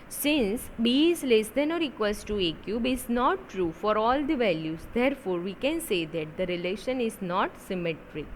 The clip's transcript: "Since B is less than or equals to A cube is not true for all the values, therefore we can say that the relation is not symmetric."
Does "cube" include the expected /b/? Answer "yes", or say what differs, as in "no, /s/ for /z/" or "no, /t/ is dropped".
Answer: yes